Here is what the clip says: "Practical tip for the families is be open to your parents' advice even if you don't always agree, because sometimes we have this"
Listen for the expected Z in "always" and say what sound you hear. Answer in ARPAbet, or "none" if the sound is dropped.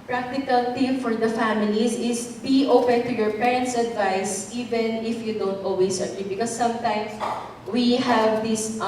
S